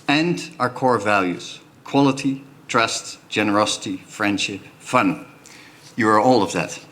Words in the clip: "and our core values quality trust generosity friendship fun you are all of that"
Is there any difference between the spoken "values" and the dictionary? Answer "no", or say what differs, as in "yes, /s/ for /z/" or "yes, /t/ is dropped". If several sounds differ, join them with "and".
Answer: no